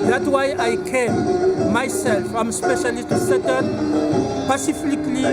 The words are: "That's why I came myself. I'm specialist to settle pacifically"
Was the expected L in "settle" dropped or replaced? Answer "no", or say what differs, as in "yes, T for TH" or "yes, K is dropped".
yes, N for L